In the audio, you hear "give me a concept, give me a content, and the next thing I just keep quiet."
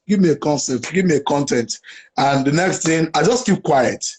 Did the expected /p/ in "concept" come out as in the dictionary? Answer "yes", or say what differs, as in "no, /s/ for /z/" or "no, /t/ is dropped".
no, /p/ is dropped